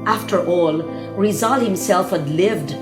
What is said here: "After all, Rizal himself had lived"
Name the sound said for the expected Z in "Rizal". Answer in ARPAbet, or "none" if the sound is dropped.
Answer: Z